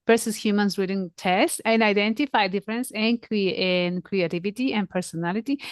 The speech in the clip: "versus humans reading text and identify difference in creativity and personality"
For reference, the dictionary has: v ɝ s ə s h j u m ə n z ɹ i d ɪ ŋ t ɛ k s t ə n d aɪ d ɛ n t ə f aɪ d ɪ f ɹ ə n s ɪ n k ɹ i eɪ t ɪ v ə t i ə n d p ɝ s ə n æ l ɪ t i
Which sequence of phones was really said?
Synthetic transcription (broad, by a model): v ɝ s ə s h j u m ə n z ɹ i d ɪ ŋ t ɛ s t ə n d aɪ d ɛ n t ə f aɪ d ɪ f ɹ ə n s ɪ n k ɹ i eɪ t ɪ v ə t i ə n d p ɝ s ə n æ l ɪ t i